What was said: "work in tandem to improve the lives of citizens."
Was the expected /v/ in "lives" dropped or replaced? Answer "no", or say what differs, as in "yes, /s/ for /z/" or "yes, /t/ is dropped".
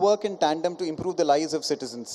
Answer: yes, /v/ is dropped